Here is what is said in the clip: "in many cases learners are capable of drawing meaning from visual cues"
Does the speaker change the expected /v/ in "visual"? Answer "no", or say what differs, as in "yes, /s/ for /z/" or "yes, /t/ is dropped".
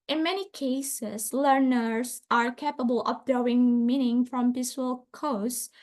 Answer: yes, /p/ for /v/